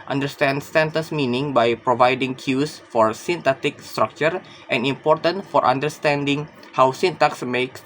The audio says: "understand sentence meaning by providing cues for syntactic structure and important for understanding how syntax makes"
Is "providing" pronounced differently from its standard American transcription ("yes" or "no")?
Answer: no